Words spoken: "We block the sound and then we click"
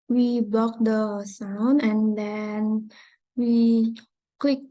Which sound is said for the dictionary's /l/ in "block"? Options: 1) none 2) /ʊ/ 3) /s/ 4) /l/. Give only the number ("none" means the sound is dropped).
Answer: 1